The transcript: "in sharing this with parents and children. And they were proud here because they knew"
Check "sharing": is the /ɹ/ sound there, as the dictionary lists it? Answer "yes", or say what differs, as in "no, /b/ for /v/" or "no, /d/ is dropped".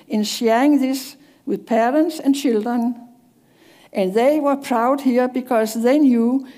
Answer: no, /ɹ/ is dropped